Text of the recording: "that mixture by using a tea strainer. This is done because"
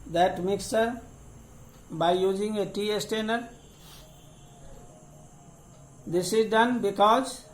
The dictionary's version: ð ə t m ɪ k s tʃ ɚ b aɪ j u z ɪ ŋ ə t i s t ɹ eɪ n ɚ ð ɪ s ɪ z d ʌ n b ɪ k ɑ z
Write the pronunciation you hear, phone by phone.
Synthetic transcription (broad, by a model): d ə t m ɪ k s ɚ b aɪ j u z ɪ ŋ ə t i s t eɪ n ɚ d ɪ s ɪ z d ʌ n b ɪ k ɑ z